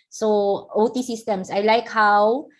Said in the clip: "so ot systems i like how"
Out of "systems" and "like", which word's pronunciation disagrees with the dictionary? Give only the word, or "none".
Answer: systems